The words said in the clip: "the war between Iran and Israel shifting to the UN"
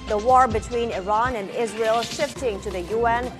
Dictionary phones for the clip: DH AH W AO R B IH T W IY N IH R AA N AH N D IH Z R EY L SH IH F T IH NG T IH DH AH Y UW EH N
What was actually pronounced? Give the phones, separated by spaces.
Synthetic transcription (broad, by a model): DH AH W AO R B IH T W IY N IH R AA N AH N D IH Z R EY L SH IH F T IH NG T IH DH AH Y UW EH N